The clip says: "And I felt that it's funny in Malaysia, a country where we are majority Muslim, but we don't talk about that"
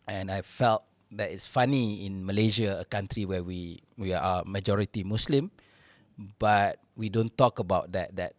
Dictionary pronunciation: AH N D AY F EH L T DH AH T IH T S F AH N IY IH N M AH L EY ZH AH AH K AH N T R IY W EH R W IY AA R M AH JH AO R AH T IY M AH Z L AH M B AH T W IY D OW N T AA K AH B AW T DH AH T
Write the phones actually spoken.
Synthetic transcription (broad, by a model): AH N AY F EH L T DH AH T IH T S F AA N IY IH N M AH L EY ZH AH AH K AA N T R IY W EH W W IY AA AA M AH JH AO R AH T IY M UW S L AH M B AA T W IY D OW N T AA K AH B AW T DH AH T